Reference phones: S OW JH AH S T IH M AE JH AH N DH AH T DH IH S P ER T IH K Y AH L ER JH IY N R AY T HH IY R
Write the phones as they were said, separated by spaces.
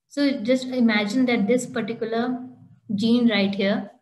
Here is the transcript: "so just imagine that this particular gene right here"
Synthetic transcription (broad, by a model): S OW JH AH S T IH M AE JH AH N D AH T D IH S P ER T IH K Y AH L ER JH IY N R AY T HH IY R